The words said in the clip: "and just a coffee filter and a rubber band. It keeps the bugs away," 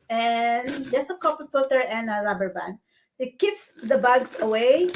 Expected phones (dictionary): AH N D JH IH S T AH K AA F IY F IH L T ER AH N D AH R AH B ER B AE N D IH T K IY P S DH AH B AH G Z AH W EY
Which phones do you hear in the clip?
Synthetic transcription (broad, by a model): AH N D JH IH S AH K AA P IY P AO T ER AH N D AH R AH B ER B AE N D IH T K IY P S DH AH B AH G S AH W EY